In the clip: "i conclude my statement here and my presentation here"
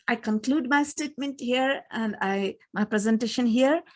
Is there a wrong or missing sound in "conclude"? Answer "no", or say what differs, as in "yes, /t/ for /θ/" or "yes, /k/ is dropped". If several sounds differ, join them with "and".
no